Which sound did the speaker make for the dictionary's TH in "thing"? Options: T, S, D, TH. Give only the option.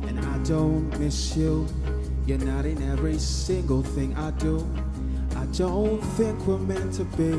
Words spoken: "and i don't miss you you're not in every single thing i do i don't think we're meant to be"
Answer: TH